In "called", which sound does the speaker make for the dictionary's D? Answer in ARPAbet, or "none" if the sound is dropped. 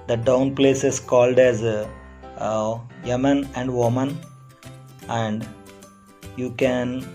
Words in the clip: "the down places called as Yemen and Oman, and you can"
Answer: D